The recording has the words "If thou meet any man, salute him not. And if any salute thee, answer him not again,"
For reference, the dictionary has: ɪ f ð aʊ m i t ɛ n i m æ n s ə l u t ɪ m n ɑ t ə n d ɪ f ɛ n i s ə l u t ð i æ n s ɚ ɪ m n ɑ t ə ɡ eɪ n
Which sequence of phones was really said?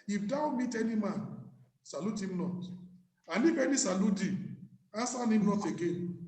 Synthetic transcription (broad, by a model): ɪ f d aʊ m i t ɛ n i m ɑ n s ə l u t ɪ m n ɑ t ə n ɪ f ɛ n i s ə l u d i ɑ s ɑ ɪ m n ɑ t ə ɡ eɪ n